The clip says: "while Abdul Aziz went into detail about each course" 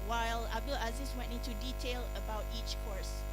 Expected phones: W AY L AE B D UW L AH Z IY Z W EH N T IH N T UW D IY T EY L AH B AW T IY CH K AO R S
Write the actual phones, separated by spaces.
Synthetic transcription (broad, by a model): W AY L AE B D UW L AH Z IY S W EH N T IH N T UW D IY T EY L AH B AW T IY CH K AO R S